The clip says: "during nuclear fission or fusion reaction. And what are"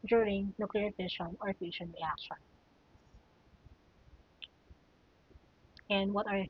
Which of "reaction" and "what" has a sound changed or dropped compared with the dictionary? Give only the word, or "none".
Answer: reaction